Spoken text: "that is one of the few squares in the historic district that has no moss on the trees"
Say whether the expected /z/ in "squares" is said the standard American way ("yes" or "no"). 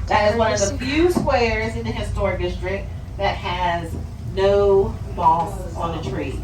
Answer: yes